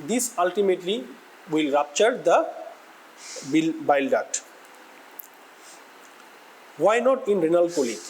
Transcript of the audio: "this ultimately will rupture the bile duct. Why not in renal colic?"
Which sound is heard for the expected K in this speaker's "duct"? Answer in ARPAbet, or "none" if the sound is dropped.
none